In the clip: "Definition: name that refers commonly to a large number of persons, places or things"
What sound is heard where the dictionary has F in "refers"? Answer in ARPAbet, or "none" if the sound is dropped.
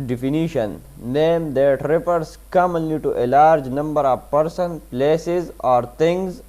P